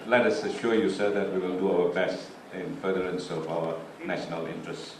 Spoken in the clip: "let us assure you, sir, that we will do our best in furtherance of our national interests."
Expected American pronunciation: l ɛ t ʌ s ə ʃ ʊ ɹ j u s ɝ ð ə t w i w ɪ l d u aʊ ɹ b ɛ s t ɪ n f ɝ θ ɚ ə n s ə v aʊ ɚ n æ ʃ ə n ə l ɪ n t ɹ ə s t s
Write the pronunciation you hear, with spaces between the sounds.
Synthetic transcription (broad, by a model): l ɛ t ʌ s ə ʃ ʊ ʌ j u s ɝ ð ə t w i w ɪ l d u aʊ w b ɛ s ɪ n f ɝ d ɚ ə n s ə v aʊ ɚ n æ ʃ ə n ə l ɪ n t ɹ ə s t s